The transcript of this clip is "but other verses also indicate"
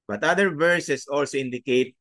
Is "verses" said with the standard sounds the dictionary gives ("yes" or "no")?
no